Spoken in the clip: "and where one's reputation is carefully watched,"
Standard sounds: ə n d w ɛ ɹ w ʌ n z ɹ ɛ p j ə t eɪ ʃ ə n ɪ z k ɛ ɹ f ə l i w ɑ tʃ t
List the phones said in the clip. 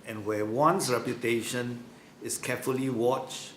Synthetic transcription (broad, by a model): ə n w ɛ w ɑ n s ɹ ɛ p j ə t eɪ ʃ ə n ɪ s k ɛ f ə l i w ɑ tʃ